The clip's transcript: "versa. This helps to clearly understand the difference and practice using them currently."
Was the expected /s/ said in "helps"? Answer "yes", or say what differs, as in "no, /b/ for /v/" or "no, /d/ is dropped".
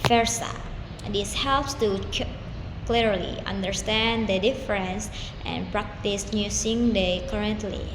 yes